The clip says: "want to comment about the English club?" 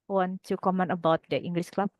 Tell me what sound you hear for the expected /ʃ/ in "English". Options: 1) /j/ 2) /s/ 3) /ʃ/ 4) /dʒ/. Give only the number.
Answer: 2